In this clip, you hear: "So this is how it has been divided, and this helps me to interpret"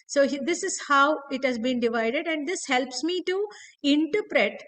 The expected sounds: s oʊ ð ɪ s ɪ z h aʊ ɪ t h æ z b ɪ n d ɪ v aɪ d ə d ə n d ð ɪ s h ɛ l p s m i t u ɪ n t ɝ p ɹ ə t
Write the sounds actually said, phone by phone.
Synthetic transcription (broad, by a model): s oʊ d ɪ s ɪ z h aʊ ɪ t h æ z b ɪ n d ɪ v aɪ d ə d ə n d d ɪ s h ɛ l p s m i t u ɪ n t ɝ p ɹ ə t